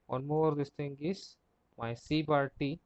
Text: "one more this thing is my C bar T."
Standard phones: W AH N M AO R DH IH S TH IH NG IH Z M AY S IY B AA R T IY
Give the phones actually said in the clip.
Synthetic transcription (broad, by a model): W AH N M AO R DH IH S T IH NG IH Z M AY S IY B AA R T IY